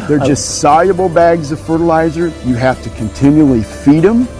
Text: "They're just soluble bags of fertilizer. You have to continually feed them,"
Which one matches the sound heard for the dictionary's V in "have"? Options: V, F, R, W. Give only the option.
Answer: F